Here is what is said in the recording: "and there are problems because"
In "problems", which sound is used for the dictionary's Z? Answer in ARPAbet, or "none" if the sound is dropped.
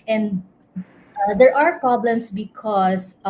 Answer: S